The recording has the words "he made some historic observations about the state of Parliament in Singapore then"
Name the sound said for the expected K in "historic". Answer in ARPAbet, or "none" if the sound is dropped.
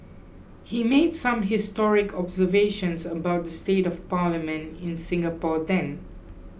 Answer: K